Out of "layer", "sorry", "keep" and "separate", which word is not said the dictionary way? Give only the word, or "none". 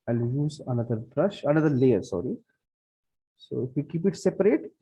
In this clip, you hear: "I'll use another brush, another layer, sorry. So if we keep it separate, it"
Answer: none